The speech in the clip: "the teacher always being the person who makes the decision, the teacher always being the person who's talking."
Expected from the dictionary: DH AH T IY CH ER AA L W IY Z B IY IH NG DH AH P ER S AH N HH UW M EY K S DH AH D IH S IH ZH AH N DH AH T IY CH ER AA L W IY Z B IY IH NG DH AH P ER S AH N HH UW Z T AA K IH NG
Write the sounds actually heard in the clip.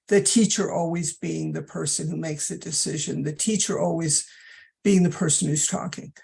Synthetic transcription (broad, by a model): DH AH T IY CH ER AA L W IY Z B IY IH NG DH AH P ER S AH N HH UW M EY K S DH AH D IH S IH ZH AH N DH AH T IY CH ER AA L W IY Z B IY IH NG DH AH P ER S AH N HH UW Z T AA K IH NG